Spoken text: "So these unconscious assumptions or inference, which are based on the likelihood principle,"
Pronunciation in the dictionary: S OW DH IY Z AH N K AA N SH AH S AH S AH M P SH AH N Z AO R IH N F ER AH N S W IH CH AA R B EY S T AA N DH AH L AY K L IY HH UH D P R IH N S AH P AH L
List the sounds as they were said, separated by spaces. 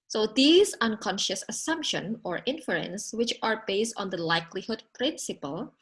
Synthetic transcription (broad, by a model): S OW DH IY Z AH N K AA N SH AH S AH S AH M P SH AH N AO R IH N F ER AH N S W IH CH AA R B EY S T AA N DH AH L AY K L IY HH UH D P R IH N S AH P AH L